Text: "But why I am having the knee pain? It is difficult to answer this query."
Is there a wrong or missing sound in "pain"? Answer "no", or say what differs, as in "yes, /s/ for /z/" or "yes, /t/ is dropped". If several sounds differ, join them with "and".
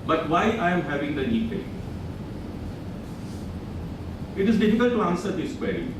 yes, /n/ is dropped